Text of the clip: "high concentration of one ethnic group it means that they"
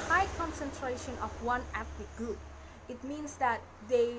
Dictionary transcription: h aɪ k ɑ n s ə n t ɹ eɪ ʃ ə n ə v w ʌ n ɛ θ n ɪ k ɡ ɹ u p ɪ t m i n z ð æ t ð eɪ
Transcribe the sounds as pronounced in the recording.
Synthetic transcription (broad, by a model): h aɪ k ɑ n s ə n t ɹ eɪ ʃ ə n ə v w ʌ n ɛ t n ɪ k ɡ ɹ u p ɪ t m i n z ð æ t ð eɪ